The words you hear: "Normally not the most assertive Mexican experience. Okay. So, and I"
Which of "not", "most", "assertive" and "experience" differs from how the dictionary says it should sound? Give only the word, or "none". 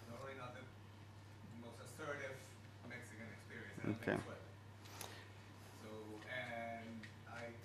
none